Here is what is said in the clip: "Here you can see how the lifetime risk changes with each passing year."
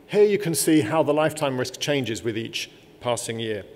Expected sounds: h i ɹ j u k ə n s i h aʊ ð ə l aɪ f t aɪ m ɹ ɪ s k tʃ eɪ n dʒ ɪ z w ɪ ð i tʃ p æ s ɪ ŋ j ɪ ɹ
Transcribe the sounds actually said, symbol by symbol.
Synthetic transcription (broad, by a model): h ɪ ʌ j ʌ k ə n s i h aʊ ð ə l aɪ f t aɪ m ɹ ɪ s k tʃ eɪ n dʒ ɪ z w ɪ ð i tʃ p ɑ s ɪ ŋ j ɪ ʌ